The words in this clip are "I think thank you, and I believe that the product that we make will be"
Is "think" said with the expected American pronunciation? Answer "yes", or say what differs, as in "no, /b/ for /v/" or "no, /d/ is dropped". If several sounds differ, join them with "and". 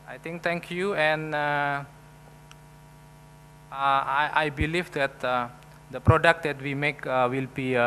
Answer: no, /t/ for /θ/